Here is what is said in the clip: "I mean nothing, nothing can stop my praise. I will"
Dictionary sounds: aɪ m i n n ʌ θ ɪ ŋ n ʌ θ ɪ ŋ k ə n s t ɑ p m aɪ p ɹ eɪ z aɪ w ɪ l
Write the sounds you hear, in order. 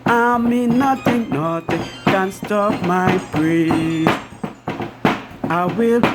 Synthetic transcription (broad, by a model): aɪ m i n n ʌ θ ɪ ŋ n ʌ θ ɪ k ə n s t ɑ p m aɪ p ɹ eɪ aɪ w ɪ l